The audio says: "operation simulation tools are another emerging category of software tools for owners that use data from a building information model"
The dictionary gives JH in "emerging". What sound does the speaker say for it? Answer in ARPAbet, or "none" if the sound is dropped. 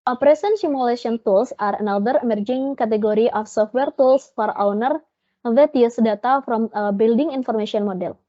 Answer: JH